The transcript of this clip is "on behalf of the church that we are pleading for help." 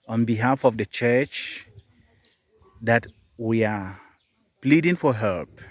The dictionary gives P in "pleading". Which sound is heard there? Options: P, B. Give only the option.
P